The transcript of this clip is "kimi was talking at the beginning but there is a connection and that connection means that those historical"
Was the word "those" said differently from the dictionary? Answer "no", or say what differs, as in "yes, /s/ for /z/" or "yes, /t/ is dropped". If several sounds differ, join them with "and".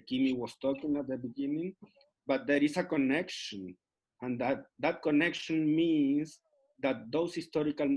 yes, /s/ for /z/